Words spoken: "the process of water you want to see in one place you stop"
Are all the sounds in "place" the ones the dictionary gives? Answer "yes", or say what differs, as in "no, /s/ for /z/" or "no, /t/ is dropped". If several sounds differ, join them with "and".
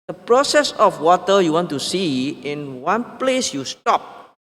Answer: yes